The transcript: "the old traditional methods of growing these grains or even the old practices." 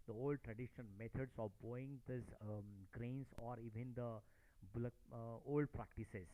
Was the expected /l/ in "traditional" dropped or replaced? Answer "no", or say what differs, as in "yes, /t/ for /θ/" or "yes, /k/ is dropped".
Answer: yes, /n/ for /l/